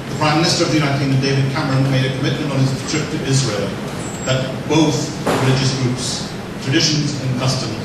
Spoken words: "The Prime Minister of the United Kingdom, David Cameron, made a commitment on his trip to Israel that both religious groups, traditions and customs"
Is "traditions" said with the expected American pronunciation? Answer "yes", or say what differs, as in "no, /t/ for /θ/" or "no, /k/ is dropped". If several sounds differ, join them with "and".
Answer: yes